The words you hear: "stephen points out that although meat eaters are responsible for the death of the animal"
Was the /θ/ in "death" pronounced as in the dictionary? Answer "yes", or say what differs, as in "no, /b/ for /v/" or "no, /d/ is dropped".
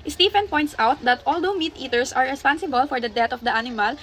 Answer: no, /t/ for /θ/